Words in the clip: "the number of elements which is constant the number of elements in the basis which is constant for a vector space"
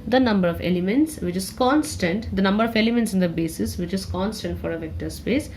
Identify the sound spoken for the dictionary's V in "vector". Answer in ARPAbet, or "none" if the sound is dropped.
V